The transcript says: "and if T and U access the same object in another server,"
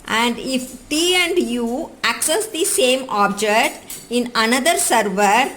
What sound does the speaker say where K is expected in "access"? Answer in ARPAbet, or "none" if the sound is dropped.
K